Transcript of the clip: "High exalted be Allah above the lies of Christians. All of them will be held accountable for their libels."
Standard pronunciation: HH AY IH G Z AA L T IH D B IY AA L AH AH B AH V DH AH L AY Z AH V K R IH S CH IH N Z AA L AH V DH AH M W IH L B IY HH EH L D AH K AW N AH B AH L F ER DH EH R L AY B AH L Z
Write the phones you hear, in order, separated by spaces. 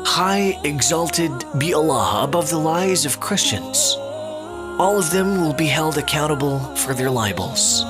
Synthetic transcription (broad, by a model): HH AY IH G Z AA L T IH D B IY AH L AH AH B AH V DH AH L AY Z AH V K R IH S CH IH N Z AA L AH V DH AH M W IH L B IY HH EH L D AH K AW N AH B L F ER DH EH R L AY B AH L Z